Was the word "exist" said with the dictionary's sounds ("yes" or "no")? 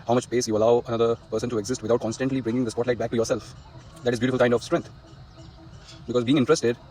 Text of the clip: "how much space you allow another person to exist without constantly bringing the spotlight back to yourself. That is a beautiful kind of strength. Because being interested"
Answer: yes